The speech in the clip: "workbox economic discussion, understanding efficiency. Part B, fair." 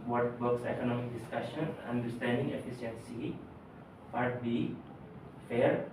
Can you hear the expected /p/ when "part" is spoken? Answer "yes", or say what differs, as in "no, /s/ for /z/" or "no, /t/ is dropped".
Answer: no, /f/ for /p/